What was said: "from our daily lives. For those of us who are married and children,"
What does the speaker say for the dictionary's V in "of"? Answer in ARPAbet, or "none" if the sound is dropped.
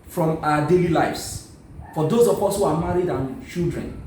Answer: P